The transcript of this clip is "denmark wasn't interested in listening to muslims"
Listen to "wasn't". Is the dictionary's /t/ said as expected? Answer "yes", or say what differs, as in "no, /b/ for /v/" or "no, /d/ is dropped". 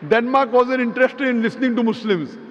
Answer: no, /t/ is dropped